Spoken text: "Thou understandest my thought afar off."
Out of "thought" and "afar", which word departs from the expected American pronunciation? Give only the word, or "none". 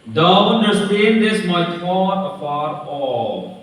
thought